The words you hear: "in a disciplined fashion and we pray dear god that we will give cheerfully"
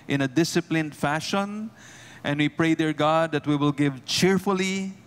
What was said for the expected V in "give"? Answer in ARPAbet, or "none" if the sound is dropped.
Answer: V